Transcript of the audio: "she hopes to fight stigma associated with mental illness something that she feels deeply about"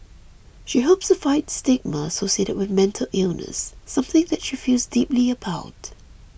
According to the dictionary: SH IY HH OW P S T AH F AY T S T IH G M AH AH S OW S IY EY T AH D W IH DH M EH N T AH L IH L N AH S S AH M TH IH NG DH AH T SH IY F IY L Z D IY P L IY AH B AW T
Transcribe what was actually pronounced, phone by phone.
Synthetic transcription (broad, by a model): SH IY HH OW P S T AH F AY T S T IH G M AH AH S OW S IY EY T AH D W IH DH M EH N T AH L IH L N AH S S AH M TH IH NG DH AH T SH IY F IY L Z D IY P L IY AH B AW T